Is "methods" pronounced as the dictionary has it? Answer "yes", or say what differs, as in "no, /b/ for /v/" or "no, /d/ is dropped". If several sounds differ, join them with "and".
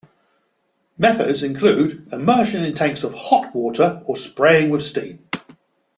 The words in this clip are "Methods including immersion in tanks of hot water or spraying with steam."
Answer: yes